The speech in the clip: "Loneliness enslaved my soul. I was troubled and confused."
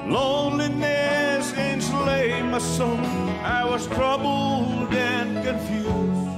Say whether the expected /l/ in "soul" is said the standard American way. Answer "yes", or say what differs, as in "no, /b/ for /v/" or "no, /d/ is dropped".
no, /n/ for /l/